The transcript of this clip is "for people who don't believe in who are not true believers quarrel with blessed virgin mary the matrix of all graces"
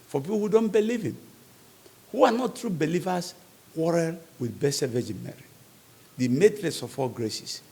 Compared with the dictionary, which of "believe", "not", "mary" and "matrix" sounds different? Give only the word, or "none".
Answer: matrix